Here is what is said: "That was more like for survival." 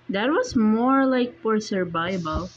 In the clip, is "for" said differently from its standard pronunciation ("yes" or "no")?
yes